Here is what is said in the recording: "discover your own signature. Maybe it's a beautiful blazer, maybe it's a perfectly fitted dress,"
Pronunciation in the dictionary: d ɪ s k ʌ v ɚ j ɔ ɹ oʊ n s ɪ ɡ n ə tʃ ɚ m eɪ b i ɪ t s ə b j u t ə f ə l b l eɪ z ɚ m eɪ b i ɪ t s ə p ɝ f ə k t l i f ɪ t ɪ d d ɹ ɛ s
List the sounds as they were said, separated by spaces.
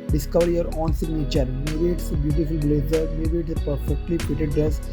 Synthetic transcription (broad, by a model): d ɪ s k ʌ v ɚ j ɔ ɹ oʊ n s ɪ ɡ n ə tʃ ɚ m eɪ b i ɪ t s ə b j u t ə f ə l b l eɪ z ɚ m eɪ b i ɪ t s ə p ɝ f ə k t l i p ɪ t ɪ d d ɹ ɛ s